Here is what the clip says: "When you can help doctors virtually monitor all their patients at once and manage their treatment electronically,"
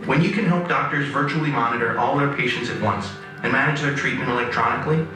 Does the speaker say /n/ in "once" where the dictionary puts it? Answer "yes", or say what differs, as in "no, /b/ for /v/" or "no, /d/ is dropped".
yes